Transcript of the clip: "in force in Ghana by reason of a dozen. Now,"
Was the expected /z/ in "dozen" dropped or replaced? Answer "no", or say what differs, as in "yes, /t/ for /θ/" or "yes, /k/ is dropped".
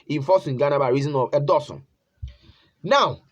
yes, /s/ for /z/